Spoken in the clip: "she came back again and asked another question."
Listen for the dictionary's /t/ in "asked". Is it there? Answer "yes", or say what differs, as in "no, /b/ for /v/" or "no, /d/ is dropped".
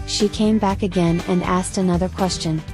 yes